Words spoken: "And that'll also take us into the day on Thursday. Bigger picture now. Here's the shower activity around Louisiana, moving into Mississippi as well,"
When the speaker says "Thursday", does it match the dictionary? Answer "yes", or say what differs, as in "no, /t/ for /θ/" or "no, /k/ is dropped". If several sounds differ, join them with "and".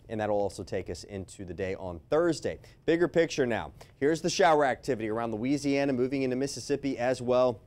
yes